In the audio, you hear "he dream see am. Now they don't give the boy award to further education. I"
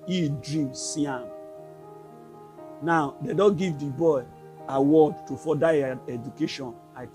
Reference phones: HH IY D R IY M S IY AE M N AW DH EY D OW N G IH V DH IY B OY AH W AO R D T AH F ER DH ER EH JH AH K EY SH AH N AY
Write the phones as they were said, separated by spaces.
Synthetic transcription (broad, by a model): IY D R IY M S IY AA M N AW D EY D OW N G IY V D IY B OY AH W AO D T AH F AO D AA EH JH AH K EY SH AH N AY